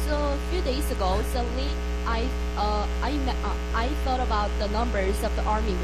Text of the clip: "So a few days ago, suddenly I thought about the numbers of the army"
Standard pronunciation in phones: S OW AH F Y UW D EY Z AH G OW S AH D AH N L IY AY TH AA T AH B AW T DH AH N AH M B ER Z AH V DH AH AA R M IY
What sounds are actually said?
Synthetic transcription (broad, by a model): S OW AH F Y UW D EY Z AH G OW S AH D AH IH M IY AY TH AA T AH B AW T DH AH N AH M B ER Z AH V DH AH AA R M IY